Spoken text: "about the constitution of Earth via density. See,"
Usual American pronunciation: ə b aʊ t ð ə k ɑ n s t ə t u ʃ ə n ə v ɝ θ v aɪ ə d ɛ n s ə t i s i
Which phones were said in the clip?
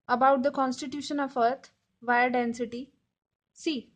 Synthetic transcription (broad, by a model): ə b aʊ t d ə k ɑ n s t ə t u ʃ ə n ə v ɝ t v aɪ ə d ɛ n s ə t i s i